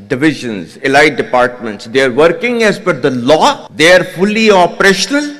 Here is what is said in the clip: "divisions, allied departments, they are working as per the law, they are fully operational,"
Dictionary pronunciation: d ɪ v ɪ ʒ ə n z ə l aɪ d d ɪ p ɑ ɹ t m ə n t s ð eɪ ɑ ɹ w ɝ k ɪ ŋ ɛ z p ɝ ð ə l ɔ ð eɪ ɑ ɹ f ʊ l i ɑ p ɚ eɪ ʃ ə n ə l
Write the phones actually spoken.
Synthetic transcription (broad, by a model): d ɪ v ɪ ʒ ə n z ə l aɪ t d ɪ p ɑ ɹ t m ə n t s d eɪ ɑ ɹ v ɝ k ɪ ŋ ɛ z f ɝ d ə l ɔ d eɪ ɑ ɹ f ʊ l i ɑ p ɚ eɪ ʃ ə n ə l